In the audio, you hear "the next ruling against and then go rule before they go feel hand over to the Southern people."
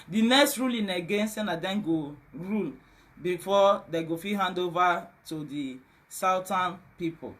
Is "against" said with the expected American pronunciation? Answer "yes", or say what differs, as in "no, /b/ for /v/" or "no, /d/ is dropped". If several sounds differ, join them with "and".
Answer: no, /t/ is dropped